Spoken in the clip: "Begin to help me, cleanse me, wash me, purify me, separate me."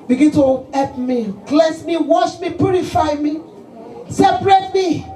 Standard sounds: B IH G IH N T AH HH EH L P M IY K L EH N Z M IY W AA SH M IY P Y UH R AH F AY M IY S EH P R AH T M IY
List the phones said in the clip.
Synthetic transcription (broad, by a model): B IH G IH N T AH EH P M IY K L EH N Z M IY W AA SH M IY P Y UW R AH F AY M IY S EH P R AH T M IY